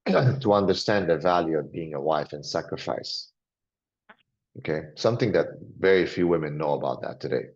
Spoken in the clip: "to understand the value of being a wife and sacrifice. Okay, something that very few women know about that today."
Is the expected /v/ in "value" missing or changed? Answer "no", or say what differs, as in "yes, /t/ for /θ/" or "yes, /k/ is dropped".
no